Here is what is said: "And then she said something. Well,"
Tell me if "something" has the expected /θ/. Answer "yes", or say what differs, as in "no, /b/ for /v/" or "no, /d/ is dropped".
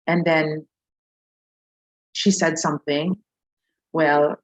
yes